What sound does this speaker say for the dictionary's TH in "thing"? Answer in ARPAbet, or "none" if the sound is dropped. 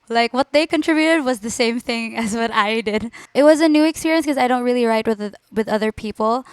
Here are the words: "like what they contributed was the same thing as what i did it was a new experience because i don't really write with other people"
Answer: TH